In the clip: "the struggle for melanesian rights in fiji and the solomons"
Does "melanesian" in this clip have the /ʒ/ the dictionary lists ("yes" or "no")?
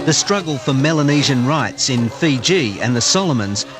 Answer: yes